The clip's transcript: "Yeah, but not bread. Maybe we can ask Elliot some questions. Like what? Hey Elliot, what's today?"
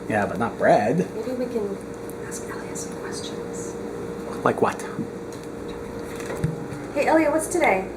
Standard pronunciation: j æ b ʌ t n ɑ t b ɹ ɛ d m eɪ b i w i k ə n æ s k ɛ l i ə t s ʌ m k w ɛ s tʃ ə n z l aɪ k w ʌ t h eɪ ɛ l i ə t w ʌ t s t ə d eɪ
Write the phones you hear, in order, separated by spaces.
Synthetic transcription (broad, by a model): j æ b ʌ t n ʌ t b ɹ ɛ d m eɪ b i w i k ə n æ s k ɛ l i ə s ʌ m k w ɛ s tʃ ə n z l aɪ k w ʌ t h eɪ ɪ i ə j w ʌ t s t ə d eɪ